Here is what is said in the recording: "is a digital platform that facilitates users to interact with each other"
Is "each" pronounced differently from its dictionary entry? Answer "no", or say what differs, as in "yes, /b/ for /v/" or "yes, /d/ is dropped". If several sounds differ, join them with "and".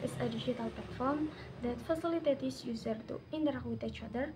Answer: no